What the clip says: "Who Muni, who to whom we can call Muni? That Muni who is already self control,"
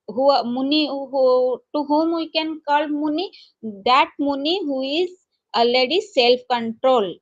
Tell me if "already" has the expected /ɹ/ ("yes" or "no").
no